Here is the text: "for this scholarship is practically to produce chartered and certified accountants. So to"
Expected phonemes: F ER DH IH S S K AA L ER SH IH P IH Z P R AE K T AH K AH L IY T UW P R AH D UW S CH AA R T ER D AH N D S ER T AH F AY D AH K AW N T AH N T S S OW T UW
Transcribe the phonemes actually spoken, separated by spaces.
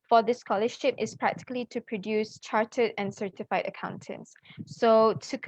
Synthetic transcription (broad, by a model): F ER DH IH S S K AA L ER SH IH P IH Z P R AE K T AH K AH L IY T UW P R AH D UW S CH AA R T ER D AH N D S ER T AH F AY D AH K AW N T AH N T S S OW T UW